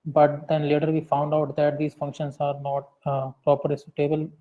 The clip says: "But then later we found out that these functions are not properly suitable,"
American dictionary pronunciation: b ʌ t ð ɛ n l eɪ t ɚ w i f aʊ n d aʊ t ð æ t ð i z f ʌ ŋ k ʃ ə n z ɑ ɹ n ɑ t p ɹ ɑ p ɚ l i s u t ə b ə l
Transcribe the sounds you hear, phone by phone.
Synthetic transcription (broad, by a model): b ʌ t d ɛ n l eɪ t ɚ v i f aʊ n d aʊ t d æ t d i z f ʌ ŋ k ʃ ə n s ɑ ɹ n ɑ t p ɹ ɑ p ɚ i s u t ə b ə l